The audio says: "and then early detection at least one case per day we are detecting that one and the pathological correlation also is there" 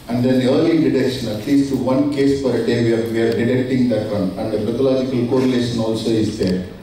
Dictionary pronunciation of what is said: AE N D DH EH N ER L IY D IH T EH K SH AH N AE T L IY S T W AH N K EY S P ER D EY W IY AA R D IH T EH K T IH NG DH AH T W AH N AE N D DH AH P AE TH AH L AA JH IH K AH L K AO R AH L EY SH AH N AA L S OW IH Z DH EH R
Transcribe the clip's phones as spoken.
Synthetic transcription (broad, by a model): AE N D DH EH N ER L IY D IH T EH K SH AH N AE T L IY S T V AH N K EY S F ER D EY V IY AA R D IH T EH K T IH NG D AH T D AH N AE N D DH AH B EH T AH L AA JH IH K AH L K AO R AH L EY SH AH N AA L S OW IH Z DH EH R